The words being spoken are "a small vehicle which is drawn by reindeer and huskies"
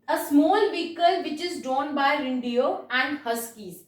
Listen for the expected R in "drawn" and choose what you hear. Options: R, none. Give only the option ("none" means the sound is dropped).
none